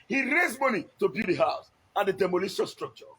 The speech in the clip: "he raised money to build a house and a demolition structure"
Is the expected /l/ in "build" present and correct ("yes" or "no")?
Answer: no